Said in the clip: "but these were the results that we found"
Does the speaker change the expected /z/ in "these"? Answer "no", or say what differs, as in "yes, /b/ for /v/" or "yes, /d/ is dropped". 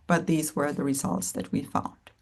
no